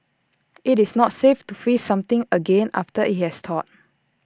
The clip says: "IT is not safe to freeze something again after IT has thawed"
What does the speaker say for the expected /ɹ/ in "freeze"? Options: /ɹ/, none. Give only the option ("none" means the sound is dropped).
none